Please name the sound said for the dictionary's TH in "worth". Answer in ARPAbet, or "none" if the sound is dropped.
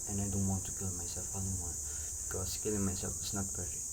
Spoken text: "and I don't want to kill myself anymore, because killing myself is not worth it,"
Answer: F